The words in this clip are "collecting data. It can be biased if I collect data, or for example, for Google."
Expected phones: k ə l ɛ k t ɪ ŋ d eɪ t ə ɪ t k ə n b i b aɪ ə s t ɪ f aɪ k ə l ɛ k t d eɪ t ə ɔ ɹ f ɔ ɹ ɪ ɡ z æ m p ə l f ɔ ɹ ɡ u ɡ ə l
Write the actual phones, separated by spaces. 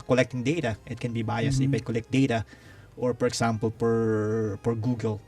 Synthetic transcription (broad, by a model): k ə l ɛ k t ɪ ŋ d eɪ t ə ɪ t k ə n b i b aɪ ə s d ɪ p aɪ k ə l ɛ k t d eɪ t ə ɔ ɹ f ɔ ɹ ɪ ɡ s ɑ m p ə l p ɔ ɹ ɡ u ɡ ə l